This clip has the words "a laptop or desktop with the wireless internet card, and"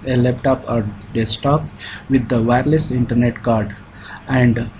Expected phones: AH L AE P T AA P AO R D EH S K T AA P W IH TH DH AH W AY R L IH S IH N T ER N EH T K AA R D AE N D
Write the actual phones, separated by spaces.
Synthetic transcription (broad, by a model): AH L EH P T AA P AO R D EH S T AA P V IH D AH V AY R L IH S IH N T ER N EH T K AA R D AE N D